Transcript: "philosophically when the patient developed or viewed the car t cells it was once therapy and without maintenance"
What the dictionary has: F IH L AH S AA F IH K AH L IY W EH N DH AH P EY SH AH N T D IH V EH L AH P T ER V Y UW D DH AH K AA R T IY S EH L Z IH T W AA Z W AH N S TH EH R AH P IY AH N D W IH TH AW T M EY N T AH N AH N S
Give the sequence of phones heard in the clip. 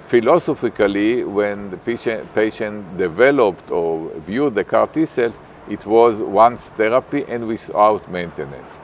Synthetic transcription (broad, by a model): F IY L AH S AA F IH K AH L IY W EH N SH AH P EY SH AH N T D IH V EH L AH P T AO V Y UW D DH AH K AA R T IY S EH L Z IH T W AA Z W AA N S T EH R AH P IY AH N D W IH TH AW T M EY N T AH N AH N S